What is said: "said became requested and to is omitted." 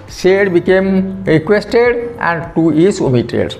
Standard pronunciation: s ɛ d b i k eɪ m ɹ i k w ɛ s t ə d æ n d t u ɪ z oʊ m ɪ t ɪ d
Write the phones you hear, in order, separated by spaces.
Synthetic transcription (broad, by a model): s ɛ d b i k eɪ m ɹ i k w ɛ s t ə d æ n d t u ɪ s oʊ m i t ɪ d